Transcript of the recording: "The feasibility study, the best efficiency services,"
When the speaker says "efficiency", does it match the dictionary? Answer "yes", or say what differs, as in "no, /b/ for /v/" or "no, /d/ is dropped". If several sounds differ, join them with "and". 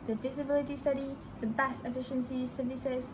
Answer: yes